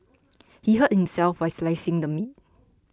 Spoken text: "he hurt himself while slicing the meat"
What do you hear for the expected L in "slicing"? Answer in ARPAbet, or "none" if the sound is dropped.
L